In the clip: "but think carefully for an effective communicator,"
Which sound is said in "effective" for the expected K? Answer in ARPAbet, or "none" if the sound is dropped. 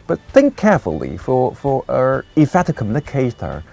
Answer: none